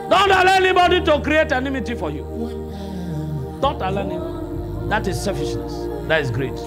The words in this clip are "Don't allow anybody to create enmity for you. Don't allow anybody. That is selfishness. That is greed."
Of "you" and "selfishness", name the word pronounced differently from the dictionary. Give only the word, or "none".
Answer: selfishness